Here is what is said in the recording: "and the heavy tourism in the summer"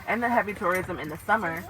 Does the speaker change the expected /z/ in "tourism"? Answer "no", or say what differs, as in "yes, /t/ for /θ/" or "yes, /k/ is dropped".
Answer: no